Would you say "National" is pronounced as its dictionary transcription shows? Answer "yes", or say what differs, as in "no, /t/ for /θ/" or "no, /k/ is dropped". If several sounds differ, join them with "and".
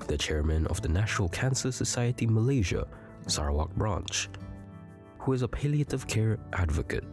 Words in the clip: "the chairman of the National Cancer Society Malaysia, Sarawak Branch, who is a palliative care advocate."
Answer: yes